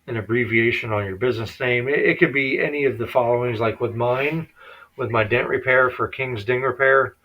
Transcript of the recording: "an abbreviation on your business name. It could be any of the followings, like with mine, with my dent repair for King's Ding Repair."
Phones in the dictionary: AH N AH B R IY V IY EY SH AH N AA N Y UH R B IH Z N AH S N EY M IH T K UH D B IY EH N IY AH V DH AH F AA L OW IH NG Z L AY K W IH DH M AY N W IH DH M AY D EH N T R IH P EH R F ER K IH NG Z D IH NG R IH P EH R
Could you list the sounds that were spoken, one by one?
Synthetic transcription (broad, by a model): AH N AH B R IY V IY EY SH AH N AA N Y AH R B IH Z N AH S N EY M IH T K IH D B IY EH N IY AH V DH AH F AA L OW IH NG Z L AY K W IH DH M AY N W IH DH M AY D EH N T R IH P EH R F ER K IH NG Z D IH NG R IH P EH R